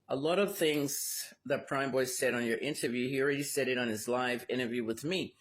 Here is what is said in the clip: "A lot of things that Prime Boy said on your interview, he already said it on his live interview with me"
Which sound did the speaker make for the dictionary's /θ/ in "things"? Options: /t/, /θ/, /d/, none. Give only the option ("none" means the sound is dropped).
/θ/